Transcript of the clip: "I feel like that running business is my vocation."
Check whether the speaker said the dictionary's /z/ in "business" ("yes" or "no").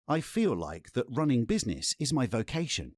yes